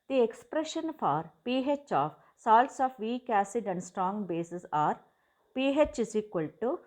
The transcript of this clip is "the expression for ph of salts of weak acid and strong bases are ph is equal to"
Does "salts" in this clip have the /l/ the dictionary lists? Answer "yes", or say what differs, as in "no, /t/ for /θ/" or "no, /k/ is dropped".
yes